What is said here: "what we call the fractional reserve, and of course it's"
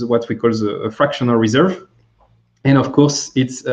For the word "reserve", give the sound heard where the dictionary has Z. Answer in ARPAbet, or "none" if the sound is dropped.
Z